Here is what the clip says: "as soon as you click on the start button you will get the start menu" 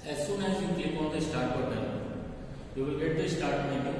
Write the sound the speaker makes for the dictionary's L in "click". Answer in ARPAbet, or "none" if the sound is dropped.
none